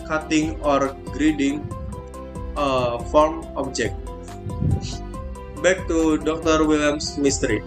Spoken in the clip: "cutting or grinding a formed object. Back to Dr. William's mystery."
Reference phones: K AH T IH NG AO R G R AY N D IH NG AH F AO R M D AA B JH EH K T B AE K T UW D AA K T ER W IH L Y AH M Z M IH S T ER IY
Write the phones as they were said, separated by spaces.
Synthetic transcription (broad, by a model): K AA T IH NG AO R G R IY D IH NG AH F AO R M AA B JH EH K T B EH K T UW D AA K T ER W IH L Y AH M S M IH S T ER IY